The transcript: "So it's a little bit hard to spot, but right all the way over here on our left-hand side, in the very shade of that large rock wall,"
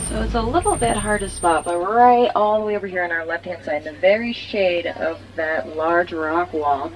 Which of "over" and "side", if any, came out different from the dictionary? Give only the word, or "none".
side